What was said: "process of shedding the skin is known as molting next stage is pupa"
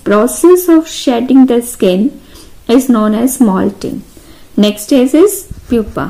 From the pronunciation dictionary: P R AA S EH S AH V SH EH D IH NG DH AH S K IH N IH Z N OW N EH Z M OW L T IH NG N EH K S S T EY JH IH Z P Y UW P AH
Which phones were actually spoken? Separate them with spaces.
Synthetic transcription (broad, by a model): P R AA S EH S AH V SH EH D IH NG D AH S K IH N IH Z N OW N EH Z M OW L T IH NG N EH K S S T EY Z IH Z P Y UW P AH